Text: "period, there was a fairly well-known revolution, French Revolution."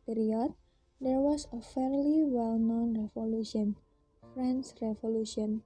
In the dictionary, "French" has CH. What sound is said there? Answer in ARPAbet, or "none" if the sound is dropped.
S